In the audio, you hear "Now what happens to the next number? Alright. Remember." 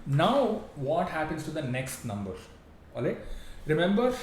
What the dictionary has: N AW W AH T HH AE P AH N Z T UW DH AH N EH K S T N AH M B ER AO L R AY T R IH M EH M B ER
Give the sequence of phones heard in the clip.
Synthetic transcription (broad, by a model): N AW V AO T HH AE P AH N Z T UW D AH N EH K S T N AH M B ER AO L EH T R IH M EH M B ER